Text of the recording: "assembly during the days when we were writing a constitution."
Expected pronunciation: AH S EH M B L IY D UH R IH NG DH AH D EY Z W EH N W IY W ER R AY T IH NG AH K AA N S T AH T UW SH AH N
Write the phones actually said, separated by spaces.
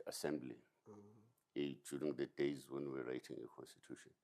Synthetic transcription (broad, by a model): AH S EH M B L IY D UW R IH NG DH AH D EY Z W EH N W IY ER R AY T IH NG AH K AA N S T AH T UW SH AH N